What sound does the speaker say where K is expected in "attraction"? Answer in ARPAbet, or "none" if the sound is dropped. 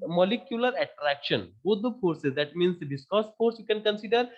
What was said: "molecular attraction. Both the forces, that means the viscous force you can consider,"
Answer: K